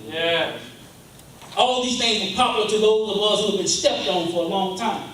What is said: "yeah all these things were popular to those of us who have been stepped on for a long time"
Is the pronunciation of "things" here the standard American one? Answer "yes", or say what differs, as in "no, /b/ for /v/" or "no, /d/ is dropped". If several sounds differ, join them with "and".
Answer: yes